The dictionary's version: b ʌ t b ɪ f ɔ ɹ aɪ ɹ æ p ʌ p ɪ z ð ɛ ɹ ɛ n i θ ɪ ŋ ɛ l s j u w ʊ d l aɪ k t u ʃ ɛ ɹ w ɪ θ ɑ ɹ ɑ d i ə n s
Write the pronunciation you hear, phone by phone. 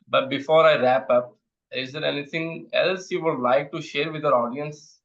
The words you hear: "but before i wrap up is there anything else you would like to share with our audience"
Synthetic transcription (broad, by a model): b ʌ t b ɪ f ɔ ɹ aɪ ɹ æ p ʌ p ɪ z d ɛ ɹ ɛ n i t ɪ ŋ ɛ l s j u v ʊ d l aɪ k t u ʃ ɛ ɹ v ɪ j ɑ ɹ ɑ d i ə n s